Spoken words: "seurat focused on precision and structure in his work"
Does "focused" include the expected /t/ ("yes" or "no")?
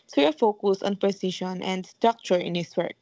no